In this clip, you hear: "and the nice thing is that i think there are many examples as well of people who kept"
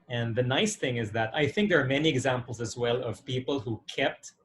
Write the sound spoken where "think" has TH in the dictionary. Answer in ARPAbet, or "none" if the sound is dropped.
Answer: TH